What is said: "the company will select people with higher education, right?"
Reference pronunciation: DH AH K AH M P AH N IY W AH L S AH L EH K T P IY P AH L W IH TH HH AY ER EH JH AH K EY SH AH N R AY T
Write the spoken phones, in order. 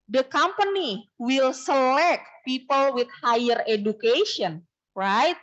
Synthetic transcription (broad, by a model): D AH K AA M P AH N IY W AH L S AH L EH K T P IY P AH L W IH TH HH AY ER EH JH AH K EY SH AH N R AY T